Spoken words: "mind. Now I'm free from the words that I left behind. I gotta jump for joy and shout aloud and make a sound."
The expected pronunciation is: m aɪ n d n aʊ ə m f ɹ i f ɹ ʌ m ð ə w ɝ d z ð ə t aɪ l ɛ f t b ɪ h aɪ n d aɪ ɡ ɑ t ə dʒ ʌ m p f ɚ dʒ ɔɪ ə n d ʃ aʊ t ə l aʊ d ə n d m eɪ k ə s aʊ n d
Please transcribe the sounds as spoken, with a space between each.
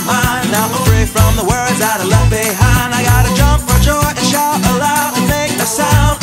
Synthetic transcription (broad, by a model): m aɪ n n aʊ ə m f ɹ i f ɹ ʌ m ð ə w ɝ d z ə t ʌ l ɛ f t b ɪ h aɪ n d aɪ ɡ ɑ t ə dʒ ʌ m p f ɚ dʒ ɔɪ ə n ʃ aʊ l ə l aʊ ə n m eɪ k ə s aʊ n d